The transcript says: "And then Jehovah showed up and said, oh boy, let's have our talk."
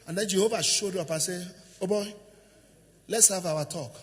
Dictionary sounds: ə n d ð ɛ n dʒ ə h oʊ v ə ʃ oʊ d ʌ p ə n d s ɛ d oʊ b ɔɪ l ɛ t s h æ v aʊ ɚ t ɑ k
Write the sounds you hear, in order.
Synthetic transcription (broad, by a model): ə n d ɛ n dʒ ə h oʊ v ə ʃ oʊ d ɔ p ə s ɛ oʊ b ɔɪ l ɛ t s h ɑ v aʊ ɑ t ɑ k